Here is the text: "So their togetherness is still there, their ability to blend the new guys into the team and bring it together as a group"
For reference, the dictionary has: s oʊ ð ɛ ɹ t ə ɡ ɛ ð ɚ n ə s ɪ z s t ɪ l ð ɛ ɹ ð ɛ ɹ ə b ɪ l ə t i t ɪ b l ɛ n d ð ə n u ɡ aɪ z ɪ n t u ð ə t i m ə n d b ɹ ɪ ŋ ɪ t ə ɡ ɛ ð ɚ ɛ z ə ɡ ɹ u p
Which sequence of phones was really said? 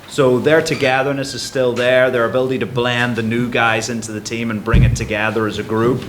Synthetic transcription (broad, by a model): s oʊ ð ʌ ɹ t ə ɡ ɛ ð ɚ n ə s ɪ z s t ɪ l ð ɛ ɹ ð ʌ ɹ ə b ɪ l ə t i t ɪ b l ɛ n ð ə n u ɡ aɪ z ɪ n t u ð ə t i m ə n b ɹ ɪ ŋ ɪ t ə ɡ ɛ ð ɚ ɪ z ə ɡ ɹ u p